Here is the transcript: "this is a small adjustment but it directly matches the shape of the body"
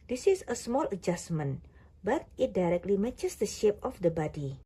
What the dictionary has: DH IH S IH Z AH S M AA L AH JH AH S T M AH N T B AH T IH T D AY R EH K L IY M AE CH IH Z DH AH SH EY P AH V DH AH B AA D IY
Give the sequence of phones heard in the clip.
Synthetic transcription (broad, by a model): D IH S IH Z AH S M AA L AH JH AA S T M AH N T B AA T IH T D AY R EH K L IY M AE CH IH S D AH SH EY P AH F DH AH B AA D IY